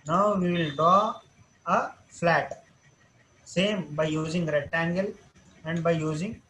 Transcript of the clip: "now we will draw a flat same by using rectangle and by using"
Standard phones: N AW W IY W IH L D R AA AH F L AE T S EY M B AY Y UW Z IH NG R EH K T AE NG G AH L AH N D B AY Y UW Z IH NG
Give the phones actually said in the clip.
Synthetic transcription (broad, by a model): N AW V IY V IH L D R AA AH F L AE T S EY M B AY Y UW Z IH NG R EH T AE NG G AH L AH N D B AY Y UW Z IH NG